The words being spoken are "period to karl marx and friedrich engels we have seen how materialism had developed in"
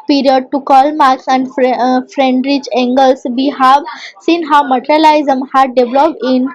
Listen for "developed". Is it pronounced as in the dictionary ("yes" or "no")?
no